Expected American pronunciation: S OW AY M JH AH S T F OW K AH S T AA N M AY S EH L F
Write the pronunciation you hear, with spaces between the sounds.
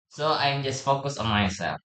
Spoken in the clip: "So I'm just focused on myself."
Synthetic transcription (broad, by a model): S OW AY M JH AH S T F OW K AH S AA N M AY S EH L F